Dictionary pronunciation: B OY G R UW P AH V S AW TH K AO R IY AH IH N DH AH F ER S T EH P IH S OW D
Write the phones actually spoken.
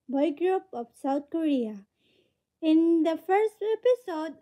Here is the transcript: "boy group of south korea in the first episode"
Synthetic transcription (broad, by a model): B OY G R UW P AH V S AW T K AO R IY AH IH N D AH F ER S T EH P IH S OW D